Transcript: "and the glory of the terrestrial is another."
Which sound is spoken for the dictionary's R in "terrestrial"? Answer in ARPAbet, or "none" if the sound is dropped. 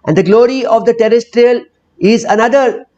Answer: R